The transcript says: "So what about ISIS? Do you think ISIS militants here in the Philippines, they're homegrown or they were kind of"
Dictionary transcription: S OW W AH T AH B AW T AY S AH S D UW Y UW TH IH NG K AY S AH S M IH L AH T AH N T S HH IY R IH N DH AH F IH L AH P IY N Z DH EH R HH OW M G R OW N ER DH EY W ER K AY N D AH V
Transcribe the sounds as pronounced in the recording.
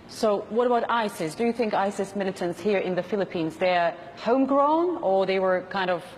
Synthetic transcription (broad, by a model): S OW W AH T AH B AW T AY S AH S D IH Y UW TH IH NG K AY S AH S M IH L AH T AH N T S HH IY R IH N DH AH F IH L AH P IY N Z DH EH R HH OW M G R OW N ER DH EY W ER K AY N D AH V